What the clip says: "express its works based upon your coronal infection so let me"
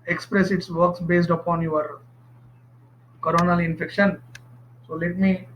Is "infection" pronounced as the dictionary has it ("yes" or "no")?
yes